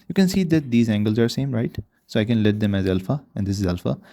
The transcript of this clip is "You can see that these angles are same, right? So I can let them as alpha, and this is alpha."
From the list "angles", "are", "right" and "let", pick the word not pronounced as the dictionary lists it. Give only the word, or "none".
none